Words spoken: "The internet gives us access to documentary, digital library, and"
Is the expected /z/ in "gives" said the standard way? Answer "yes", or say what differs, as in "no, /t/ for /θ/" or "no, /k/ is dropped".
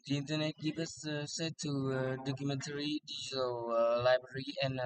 no, /z/ is dropped